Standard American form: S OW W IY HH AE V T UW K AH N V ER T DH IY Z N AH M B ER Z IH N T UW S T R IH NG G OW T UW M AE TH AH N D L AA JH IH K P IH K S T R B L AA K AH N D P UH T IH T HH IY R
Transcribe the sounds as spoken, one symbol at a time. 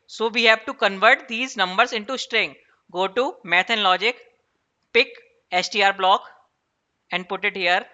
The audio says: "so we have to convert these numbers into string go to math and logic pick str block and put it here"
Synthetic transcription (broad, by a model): S OW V IY HH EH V T UW K AH N V ER T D IY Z N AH M B ER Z IH N T UW S T R IH NG G OW T UW M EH T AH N L AA JH IH K P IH K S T R B L AA K AH N D P UH T IH T HH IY R